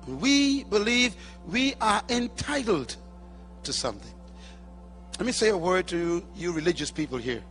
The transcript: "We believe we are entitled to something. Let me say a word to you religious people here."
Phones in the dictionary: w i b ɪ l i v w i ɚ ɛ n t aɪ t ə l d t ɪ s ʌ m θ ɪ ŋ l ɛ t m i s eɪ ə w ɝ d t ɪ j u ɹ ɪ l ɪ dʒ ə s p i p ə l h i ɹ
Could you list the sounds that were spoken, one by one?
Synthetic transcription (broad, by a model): w i b ɪ l i v w i ɚ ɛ n t aɪ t l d t ɪ s ʌ m θ ɪ ŋ l ɛ t m i s eɪ ə w ɝ d t ɪ j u ɹ ɪ l ɪ dʒ ə s p i p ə l h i ɹ